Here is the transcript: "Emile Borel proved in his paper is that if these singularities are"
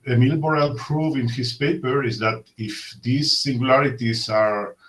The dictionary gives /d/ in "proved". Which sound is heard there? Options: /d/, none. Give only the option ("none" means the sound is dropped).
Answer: none